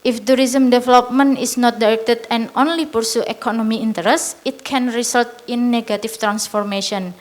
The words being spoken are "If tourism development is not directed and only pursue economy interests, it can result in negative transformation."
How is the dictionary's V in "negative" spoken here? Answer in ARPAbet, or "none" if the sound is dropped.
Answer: F